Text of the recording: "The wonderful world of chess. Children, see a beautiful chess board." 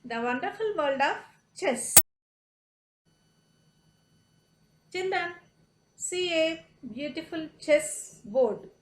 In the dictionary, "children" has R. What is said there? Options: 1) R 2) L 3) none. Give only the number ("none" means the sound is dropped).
3